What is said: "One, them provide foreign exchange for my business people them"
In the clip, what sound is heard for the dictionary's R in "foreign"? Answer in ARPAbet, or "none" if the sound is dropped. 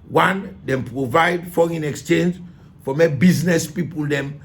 none